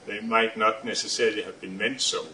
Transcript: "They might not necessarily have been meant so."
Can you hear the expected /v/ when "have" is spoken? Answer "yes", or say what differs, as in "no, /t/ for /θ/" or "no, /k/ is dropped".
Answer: yes